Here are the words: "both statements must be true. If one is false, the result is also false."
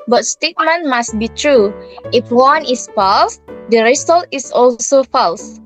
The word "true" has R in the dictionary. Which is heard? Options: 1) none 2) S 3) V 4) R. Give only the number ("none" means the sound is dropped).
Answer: 4